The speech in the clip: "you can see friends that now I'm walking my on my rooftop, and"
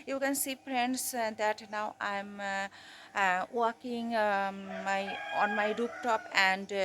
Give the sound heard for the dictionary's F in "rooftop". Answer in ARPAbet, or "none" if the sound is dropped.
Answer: P